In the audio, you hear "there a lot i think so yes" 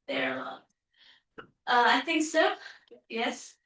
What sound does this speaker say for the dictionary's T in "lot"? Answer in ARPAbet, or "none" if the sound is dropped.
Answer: none